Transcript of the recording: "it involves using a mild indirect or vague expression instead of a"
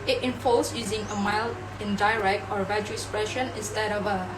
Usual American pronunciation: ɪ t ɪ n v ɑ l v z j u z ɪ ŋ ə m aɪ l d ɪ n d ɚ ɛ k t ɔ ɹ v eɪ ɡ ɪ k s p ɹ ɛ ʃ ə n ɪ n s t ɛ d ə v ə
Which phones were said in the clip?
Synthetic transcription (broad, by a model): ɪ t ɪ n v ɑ l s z j u z ɪ ŋ ə m aɪ l ɪ n d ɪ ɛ k t ɔ ɹ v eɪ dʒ ɪ k s p ɹ ɛ ʃ ə n ɪ n s t ɛ d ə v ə